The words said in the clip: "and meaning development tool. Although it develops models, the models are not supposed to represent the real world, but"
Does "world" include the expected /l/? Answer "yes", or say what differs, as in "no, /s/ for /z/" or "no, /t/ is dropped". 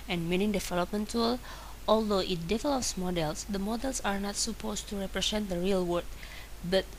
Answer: no, /l/ is dropped